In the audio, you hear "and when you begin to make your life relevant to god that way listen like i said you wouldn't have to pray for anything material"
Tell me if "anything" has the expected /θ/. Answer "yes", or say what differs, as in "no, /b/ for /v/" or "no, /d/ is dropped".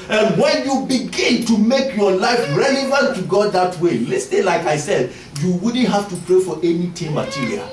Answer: no, /t/ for /θ/